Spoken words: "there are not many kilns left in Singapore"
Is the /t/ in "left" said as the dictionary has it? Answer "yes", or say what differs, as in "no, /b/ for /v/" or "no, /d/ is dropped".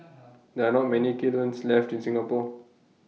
yes